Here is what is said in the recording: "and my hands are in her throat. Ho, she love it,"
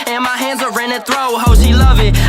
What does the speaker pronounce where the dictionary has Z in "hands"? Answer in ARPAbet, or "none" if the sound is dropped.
Z